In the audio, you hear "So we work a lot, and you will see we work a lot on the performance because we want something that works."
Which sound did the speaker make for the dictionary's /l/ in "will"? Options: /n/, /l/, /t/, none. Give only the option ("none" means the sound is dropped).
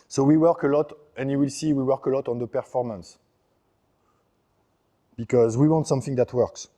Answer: /l/